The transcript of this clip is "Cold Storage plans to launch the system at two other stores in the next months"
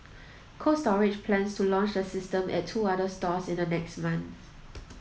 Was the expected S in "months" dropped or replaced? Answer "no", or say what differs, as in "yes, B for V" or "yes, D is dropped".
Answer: yes, S is dropped